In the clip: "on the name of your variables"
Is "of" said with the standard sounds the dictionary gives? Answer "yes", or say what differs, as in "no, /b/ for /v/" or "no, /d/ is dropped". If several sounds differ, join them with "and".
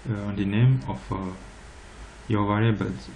no, /f/ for /v/